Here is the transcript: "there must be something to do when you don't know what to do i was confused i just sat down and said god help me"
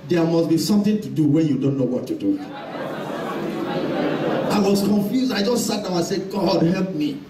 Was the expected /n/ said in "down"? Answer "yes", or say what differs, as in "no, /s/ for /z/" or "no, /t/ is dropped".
no, /n/ is dropped